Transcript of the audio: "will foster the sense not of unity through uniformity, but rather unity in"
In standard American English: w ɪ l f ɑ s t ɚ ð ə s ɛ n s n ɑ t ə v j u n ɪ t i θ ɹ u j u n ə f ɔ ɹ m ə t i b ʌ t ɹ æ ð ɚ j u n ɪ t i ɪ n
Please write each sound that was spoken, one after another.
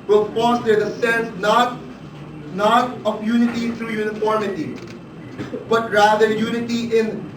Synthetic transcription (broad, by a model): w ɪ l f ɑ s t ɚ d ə s ɛ n s n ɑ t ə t j u n ɪ t i t ɹ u j u n ə f ɔ ɹ m ə t i b ʌ t ɹ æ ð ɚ j u n ɪ t i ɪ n